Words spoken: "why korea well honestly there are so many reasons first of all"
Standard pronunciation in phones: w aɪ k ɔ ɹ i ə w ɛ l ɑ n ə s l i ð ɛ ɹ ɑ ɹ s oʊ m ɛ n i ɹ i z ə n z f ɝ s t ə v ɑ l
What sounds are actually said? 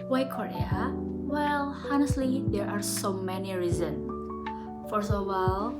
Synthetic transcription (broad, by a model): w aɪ k ɔ ɹ i ə w ɛ l ɑ n ə s l i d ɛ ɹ ɑ ɹ s oʊ m ɛ n i ɹ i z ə n s f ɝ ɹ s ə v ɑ l